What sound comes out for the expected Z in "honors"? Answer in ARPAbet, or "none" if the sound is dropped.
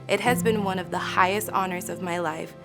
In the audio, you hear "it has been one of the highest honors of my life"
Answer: Z